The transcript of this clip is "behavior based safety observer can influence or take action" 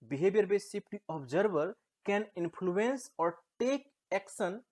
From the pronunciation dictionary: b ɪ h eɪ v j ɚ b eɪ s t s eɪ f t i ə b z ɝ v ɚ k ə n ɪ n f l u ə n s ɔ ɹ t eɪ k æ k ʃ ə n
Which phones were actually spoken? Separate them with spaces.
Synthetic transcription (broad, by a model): b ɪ h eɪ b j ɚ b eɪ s s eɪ p t i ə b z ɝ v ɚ k ə n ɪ n p l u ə n s ɔ ɹ t eɪ k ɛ k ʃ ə n